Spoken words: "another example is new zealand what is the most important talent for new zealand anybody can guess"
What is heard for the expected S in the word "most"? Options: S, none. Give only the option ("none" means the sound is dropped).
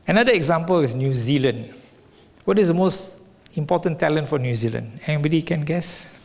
S